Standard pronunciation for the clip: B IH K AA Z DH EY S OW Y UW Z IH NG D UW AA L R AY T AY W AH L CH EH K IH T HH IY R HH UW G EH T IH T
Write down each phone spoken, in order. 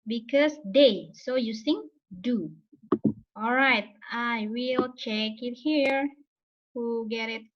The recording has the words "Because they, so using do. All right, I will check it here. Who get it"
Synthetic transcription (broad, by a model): B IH K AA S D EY S OW Y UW S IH NG D UW AA L R AY T AY W AH L CH EH K IH T HH IY R HH UW G EH T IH T